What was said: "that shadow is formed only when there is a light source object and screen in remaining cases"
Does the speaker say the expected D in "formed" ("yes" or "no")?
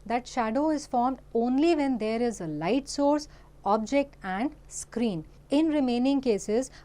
yes